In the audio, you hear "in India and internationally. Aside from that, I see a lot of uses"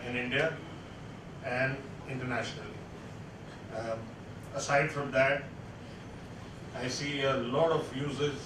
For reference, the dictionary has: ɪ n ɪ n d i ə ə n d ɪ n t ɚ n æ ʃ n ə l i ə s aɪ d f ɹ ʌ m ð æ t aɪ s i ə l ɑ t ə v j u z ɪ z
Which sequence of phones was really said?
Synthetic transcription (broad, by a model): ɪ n ɪ n d i ə ə n d ɪ n t ɚ n æ ʃ n ə l i ə s aɪ d f ɹ ʌ m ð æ t aɪ s i ə l ɑ t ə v j u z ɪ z